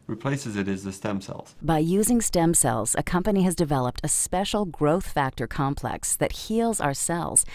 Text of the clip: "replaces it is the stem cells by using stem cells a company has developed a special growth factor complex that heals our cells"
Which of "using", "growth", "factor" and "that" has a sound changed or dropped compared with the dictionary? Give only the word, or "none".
none